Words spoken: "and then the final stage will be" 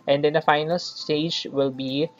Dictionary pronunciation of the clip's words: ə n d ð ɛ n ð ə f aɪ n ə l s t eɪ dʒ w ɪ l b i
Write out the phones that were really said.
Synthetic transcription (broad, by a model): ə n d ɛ n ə f aɪ n ə l s t eɪ dʒ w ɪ l b i